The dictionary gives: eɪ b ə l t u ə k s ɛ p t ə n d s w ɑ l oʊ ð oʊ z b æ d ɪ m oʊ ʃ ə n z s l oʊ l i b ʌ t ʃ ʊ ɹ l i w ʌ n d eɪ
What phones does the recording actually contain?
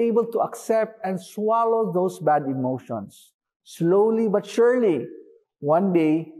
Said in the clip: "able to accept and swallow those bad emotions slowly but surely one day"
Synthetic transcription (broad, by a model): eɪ b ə l t u ə k s ɛ p t ə n d s w ɑ l oʊ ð oʊ s b æ d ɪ m oʊ ʃ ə n s l oʊ l i b ʌ t ʃ ʊ ɹ l i w ʌ n d eɪ